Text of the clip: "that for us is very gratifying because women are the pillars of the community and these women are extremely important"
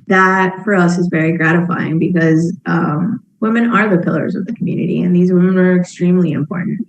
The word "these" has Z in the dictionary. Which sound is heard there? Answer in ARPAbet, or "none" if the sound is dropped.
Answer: Z